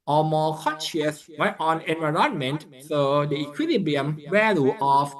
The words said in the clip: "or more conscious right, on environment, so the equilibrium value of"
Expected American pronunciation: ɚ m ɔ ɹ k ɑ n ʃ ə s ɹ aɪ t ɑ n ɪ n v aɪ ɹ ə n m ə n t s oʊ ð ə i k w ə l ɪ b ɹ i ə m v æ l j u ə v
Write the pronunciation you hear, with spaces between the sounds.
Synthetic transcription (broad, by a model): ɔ m ɔ k ɑ n ʃ ə s w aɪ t ɑ n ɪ n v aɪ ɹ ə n m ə n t s oʊ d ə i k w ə l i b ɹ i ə m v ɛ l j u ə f